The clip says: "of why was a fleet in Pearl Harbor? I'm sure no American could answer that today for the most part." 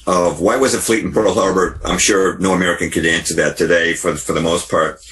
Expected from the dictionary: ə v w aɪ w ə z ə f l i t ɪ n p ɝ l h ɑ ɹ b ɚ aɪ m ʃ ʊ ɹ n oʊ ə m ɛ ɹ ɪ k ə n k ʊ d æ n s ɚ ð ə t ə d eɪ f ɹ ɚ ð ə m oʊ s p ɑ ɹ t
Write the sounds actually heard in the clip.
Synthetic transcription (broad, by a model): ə v w aɪ w ə z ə f l i t n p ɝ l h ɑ ɹ b ɚ aɪ m ʃ ʊ ɹ n oʊ ə m ɛ ɹ ɪ k ə n k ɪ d æ n s ɚ ð ə t ə d eɪ f ɹ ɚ ð ə m oʊ s p ɑ ɹ t